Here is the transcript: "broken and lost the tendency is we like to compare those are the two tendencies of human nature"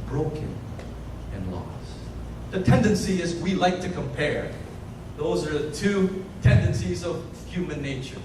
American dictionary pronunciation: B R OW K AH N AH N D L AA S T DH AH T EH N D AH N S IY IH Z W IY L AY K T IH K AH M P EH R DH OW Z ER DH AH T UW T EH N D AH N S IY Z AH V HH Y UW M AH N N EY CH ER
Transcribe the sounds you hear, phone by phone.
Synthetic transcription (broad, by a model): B R OW K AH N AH N L AA S DH AH T EH N D AH N S IY IH Z W IY L AY K T IH K AH M P EH R DH OW Z ER DH AH T UW T EH N D AH N S IY Z AH V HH Y UW M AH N N EY CH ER